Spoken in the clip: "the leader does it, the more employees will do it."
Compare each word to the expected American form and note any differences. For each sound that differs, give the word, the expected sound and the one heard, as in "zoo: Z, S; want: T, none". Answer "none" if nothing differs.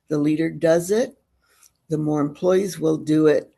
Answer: none